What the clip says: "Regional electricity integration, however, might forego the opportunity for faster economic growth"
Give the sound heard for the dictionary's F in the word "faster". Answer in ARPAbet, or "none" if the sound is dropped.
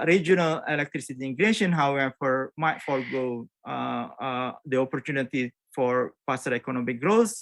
P